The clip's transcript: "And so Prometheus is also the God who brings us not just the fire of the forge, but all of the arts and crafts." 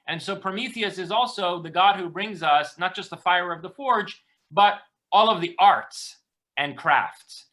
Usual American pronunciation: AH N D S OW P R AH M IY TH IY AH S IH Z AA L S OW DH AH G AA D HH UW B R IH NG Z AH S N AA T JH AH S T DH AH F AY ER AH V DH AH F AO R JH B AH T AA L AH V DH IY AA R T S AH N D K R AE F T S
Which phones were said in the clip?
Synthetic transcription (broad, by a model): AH N S OW P R AH M IY TH IY AH S IH Z AA L S OW DH AH G AA D HH UW B R IH NG Z AH S N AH T JH AH S T DH AH F AY ER AH V DH AH F AO R JH B AH T AA L AH V DH IY AA R T S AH N K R AE F T S